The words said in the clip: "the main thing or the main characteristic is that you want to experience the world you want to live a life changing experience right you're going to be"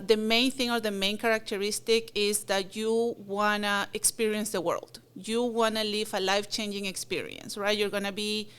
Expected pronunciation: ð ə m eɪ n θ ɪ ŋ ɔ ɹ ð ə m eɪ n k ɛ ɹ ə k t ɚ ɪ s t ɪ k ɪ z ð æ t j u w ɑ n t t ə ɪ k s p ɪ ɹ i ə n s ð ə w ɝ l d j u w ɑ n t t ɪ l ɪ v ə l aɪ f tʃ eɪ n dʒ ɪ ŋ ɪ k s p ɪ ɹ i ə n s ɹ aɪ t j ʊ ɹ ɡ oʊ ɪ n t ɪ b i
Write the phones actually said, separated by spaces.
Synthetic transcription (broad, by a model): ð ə m eɪ n θ ɪ ŋ ɔ ɹ ð ə m eɪ n k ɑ ɹ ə k t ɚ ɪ s t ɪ k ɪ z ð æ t j u w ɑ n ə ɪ k s p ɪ ɹ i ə n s ð ə w ɝ l d j u w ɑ n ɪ l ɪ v ə l aɪ f tʃ eɪ n dʒ ɪ ŋ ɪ k s p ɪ ɹ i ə n s ɹ aɪ t j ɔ ɹ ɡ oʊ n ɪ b i